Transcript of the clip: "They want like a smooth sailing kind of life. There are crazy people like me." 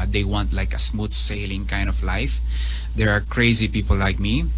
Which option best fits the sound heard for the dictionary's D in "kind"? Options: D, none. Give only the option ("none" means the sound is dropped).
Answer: D